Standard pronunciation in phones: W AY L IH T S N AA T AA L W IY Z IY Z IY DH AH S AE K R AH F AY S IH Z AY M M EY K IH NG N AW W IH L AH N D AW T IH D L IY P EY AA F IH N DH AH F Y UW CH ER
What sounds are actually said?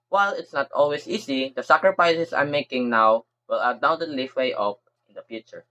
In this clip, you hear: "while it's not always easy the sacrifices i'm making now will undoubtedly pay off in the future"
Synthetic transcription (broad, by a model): W AY L IH T S N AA T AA L W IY S IY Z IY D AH S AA K R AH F AY S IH S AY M M EY K IH NG N AW W IH L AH D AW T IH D L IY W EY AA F IH N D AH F Y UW CH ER